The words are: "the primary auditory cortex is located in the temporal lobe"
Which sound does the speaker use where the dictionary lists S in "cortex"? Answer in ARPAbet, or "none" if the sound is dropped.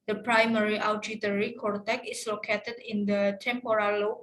none